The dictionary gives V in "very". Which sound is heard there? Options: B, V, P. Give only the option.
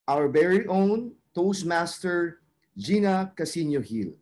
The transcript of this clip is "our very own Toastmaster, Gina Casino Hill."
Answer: B